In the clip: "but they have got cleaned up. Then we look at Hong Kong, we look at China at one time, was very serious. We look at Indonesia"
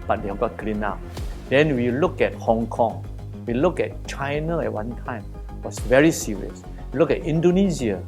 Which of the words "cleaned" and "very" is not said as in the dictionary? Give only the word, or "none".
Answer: cleaned